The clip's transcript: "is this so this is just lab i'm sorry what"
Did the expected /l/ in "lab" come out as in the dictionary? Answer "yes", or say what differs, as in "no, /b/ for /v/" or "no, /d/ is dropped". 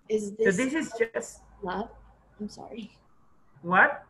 no, /w/ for /l/